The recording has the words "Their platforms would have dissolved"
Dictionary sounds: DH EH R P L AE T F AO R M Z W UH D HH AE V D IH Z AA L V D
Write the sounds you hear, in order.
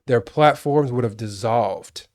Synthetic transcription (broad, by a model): DH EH R P L AE T F AO R M Z W UH D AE V D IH Z AA L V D